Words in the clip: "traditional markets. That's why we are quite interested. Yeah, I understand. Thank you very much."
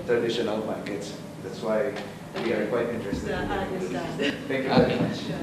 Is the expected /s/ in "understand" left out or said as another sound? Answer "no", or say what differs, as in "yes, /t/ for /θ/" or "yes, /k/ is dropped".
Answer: yes, /s/ is dropped